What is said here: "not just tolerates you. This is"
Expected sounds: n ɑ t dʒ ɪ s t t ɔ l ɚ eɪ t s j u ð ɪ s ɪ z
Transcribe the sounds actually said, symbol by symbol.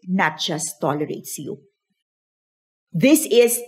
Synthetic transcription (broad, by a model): n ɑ t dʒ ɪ s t t ɔ l ɚ eɪ t s j u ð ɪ s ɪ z